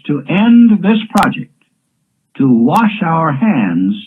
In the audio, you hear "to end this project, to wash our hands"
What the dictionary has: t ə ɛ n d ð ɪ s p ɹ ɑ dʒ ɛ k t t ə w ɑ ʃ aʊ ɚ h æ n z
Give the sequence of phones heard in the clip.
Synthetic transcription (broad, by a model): t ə ɛ n ð ɪ s p ɹ ɑ dʒ ɛ k t t ə w ɑ ʃ aʊ ɚ h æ n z